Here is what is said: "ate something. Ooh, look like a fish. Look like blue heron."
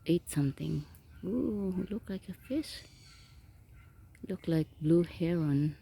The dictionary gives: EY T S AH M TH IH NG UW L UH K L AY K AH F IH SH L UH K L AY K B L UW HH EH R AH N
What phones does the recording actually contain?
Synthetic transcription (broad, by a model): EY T S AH M T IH NG UW L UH K L AY K AH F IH S L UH K L AY K B L UW HH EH R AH N